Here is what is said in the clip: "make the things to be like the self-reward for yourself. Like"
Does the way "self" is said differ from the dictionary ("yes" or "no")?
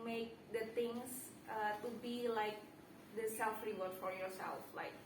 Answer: no